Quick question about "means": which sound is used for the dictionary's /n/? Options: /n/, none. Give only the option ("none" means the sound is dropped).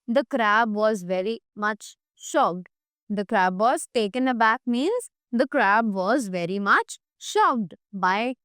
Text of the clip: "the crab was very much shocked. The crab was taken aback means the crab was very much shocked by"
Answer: /n/